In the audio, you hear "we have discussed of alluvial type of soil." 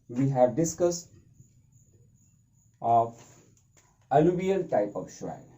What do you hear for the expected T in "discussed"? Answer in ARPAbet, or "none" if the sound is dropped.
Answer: T